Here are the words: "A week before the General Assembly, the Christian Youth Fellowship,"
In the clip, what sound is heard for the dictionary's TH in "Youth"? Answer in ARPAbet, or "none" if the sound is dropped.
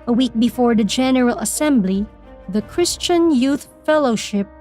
TH